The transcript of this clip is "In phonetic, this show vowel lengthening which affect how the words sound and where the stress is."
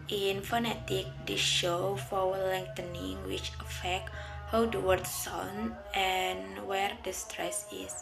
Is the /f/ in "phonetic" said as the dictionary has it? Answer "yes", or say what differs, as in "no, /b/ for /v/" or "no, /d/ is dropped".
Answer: yes